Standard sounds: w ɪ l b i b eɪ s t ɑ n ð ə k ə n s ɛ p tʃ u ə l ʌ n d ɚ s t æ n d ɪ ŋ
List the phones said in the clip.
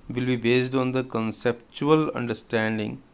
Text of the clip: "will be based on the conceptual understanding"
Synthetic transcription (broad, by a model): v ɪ l b i b eɪ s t ɑ n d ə k ə n s ɛ p tʃ u ə l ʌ n d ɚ s t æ n d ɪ ŋ